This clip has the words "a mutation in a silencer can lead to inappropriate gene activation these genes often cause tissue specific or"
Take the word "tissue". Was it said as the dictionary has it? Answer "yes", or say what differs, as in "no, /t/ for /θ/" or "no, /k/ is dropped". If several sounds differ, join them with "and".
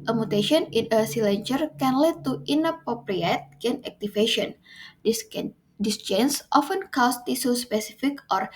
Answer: no, /s/ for /ʃ/